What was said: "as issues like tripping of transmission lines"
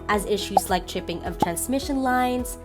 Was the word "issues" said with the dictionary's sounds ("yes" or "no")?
yes